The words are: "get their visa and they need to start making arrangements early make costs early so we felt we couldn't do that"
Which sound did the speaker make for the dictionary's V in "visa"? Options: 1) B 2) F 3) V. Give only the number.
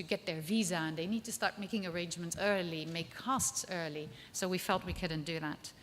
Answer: 3